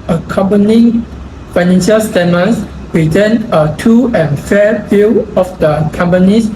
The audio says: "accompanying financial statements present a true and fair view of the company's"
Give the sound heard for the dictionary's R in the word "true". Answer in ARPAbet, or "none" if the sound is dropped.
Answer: none